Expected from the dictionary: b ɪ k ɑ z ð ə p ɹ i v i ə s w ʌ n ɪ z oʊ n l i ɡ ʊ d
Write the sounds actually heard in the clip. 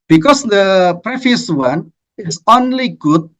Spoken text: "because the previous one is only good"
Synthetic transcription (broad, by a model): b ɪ k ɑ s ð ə p ɹ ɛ f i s w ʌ n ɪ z oʊ n l i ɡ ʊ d